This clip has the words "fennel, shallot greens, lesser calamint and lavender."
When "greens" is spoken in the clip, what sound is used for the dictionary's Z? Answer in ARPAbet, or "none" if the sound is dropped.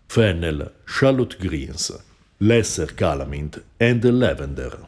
S